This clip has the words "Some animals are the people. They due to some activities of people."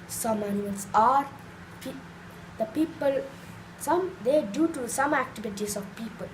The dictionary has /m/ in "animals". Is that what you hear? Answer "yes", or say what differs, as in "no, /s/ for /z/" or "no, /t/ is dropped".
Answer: no, /m/ is dropped